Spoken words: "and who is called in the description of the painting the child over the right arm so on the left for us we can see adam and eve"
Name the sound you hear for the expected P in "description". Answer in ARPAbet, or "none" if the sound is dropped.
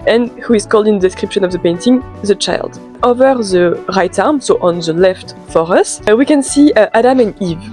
P